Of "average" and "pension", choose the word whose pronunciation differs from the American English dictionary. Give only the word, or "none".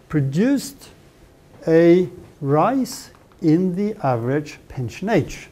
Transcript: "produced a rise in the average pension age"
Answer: none